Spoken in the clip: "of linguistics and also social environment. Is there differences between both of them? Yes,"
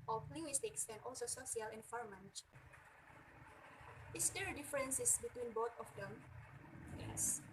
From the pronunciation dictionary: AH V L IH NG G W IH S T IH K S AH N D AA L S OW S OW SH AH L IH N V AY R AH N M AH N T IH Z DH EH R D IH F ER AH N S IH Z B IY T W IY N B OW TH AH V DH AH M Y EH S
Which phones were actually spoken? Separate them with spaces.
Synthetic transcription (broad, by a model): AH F L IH NG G W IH S T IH K S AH N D AA L S OW S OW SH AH L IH N F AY R M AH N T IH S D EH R D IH F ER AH N S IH S B IY T W IY N B OW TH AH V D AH M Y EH S